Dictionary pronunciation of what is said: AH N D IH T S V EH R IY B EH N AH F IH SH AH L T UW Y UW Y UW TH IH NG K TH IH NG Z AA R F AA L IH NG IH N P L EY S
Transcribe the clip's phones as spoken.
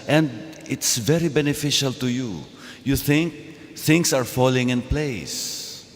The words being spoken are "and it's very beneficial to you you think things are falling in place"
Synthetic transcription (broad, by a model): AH N D IH T S V EH R IY B EH N AH F IH SH AH L T UW Y UW Y UW TH IH NG K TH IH NG S AA R F AA L IH NG IH N P L EY S